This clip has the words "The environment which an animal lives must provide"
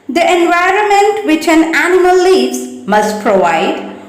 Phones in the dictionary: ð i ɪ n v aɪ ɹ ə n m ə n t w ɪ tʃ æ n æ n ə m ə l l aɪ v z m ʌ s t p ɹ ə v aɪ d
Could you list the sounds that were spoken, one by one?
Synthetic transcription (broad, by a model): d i ɪ n v aɪ ɹ ə n m ə n t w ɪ tʃ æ n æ n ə m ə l l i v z m ʌ s t p ɹ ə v aɪ d